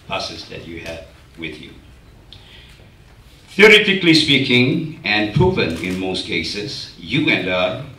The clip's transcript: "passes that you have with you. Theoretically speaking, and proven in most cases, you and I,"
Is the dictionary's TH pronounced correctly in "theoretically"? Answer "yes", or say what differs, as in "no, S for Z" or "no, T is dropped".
yes